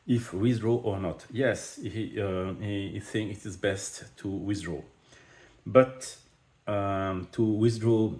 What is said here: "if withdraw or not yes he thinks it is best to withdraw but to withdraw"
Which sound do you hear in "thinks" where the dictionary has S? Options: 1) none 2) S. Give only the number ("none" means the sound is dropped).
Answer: 1